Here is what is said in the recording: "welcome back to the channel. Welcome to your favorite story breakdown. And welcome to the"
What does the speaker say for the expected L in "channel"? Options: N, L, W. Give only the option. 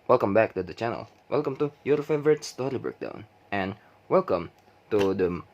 L